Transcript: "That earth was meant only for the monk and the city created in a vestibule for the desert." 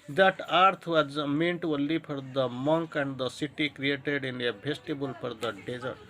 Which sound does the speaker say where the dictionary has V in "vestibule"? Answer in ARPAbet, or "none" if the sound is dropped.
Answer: B